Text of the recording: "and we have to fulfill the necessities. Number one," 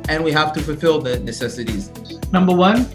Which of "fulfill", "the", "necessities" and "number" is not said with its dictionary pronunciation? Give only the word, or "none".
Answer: none